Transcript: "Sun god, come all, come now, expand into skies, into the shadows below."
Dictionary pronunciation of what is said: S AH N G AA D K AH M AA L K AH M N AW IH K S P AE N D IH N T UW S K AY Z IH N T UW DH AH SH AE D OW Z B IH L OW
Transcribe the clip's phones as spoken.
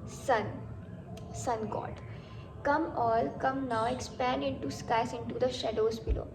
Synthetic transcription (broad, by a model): S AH N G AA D K AH M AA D K AH M N AW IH K S P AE N D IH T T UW S K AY S IH N T UW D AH SH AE D OW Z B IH L OW